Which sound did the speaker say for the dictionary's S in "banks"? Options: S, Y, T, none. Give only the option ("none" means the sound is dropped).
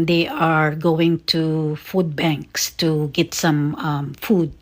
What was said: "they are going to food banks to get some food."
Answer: S